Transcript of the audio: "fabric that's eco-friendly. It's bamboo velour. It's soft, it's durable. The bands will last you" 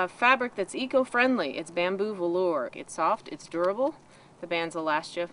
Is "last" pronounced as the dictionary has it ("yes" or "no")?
yes